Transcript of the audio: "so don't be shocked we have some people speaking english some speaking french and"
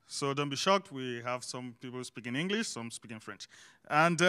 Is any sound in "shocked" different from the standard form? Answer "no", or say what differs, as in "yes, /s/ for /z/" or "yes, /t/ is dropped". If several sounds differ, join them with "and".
no